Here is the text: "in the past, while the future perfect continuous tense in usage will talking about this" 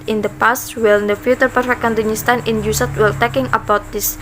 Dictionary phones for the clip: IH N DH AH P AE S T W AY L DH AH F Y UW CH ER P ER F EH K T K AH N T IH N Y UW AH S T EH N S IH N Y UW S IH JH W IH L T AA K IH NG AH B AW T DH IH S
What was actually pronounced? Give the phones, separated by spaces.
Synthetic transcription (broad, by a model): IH N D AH P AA S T W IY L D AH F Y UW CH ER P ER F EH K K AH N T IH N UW S T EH N IH N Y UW S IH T W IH L T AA K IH NG AH B AW T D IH S